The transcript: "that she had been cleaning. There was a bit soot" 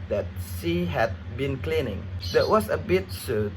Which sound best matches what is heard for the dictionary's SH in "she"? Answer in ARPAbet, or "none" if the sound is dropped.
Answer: S